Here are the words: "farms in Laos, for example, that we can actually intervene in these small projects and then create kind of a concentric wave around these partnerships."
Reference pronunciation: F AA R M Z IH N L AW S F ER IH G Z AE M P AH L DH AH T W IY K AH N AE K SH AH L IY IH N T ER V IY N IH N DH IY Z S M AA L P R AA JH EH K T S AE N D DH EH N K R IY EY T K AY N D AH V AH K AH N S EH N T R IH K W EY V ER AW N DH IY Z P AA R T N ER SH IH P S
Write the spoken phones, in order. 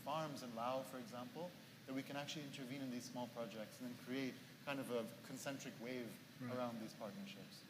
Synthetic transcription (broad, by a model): F AA R M Z IH N L AW F ER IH G Z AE M P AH L DH AH T W IY K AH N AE K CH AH L IY IH N T ER V IY N IH N DH IY Z S M AA L P R AA JH EH K T S N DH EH N K R IY EY T K AY N D AH V AH K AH N S EH N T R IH K W EY V ER AW N DH IY Z P AA R T N ER SH IH P S